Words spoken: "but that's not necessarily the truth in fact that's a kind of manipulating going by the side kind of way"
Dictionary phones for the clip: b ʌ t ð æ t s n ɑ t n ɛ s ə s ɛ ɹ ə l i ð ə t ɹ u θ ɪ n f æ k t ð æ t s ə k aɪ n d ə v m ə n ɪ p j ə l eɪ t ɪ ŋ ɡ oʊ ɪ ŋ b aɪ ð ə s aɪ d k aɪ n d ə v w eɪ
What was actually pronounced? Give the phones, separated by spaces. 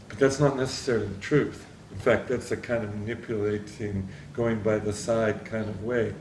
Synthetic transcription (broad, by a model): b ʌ t ð æ t s n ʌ t n ɛ s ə s ɛ ɹ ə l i ð ə t ɹ u θ ɪ n f æ k t ð æ t s ə k aɪ n d ə v m ə n ɪ p j ə l eɪ t ɪ ŋ ɡ oʊ ɪ ŋ b aɪ ð ə s aɪ d k aɪ n d ə v w eɪ